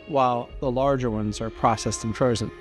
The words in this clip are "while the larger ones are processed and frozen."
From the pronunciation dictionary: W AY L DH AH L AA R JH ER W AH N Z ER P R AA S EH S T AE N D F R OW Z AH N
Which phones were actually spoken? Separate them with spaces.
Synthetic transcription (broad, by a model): W AY L DH AH L AA R JH ER W AH N Z ER P R AA S EH S T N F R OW Z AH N